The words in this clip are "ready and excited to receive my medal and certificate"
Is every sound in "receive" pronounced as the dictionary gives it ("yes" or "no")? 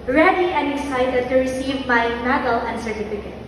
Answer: yes